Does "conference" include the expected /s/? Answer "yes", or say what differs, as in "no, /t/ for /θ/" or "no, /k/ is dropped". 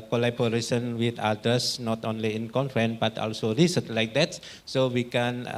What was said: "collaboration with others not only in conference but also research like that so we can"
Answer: no, /s/ is dropped